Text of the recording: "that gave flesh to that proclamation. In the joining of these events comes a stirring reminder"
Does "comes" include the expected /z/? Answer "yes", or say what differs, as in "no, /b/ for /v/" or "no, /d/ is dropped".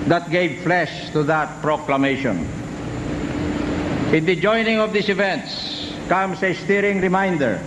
no, /s/ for /z/